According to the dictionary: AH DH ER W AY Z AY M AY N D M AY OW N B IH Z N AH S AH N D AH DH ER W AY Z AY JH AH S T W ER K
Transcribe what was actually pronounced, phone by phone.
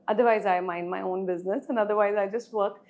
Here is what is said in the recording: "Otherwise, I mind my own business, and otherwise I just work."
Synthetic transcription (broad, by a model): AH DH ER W AY Z AY M AY N D M AY OW N B IH Z N AH S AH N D AH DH ER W AY Z AY JH AH S T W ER K